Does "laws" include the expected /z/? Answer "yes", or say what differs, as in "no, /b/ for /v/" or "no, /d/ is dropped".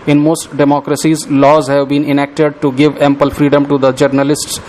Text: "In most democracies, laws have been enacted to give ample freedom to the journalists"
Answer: yes